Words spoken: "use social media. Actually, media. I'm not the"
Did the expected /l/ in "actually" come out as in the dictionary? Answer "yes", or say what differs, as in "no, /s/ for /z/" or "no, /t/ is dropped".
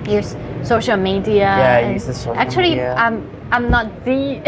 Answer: no, /l/ is dropped